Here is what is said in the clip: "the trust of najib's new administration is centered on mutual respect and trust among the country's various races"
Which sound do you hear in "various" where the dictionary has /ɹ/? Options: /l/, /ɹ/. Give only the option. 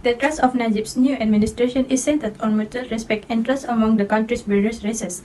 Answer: /l/